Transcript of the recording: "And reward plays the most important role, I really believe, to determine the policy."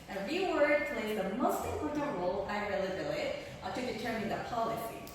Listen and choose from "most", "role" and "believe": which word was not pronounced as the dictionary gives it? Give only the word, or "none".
believe